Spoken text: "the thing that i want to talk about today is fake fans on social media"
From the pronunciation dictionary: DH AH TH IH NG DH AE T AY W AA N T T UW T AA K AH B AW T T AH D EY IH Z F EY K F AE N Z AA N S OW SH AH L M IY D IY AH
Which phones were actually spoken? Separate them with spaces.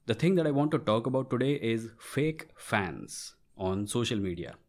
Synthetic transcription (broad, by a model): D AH T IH NG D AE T AY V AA N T T UW T AA K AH B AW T T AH D EY IH Z F EY K F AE N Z AA N S OW SH AH L M IY D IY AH